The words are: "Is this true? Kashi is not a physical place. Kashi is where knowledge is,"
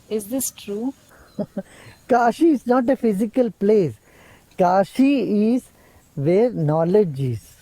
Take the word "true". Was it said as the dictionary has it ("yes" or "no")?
yes